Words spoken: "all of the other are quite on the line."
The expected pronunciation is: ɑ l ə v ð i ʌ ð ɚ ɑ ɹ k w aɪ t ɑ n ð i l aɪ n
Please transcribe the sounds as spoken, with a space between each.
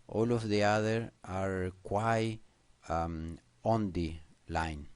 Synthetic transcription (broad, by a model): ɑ l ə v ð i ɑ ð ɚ ɑ ɹ k w aɪ ɑ n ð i l aɪ n